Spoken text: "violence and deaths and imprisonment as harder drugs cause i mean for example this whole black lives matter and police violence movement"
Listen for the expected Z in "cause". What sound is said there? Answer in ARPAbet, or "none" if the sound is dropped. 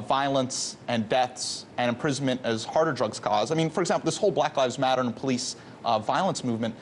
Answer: Z